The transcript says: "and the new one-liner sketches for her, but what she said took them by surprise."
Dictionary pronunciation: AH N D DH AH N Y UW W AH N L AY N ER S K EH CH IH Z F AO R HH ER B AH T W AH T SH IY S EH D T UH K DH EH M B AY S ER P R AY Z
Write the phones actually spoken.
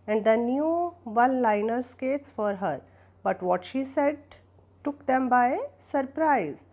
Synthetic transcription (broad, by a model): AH N D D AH N Y UW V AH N L AY N ER S K EH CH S F AO R HH ER B AH T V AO T SH IY S EH D T UH K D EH M B AY S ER P R AY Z